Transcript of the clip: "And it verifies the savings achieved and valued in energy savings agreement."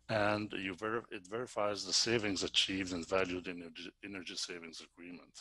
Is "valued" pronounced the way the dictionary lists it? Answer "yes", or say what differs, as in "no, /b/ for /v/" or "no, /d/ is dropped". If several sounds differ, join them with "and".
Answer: yes